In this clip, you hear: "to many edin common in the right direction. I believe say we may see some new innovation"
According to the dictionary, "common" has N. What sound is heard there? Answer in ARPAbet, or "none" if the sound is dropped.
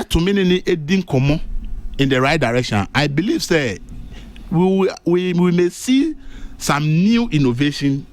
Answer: none